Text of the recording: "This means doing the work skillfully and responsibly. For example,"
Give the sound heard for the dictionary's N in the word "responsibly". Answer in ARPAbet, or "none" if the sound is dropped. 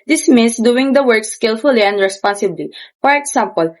N